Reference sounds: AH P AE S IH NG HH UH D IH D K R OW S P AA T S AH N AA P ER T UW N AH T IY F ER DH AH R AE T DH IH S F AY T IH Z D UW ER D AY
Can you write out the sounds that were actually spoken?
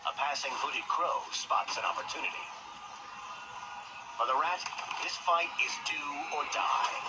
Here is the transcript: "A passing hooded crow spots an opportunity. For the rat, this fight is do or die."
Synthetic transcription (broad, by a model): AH P AE S IH NG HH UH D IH D K R OW S P AA T S AH N AA P ER T UW N AH T IY F ER DH AH R AE T DH IH S F AY T IH Z D UW ER D AY